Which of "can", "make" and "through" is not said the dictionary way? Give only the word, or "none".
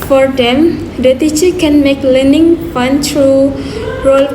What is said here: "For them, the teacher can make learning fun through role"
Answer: through